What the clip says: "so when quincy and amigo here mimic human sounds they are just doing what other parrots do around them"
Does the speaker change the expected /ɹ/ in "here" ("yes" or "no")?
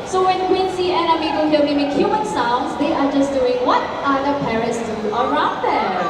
yes